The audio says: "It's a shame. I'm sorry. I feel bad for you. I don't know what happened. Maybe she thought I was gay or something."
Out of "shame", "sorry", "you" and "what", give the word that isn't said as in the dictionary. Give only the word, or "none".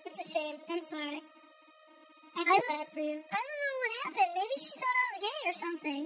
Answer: sorry